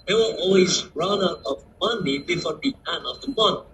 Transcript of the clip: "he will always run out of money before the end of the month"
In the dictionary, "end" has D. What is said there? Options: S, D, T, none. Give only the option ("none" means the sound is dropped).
none